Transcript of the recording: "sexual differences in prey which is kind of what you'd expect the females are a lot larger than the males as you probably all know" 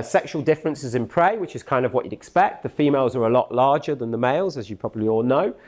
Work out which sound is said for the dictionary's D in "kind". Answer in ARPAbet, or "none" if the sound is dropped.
D